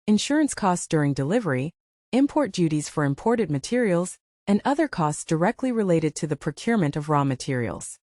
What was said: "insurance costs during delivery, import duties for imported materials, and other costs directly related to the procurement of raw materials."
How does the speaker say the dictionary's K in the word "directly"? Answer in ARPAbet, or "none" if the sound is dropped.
K